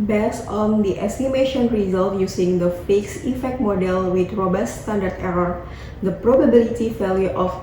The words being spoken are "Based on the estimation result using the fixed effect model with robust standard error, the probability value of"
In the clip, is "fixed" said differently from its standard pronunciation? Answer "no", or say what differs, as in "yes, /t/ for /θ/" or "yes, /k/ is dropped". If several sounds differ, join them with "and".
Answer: yes, /t/ is dropped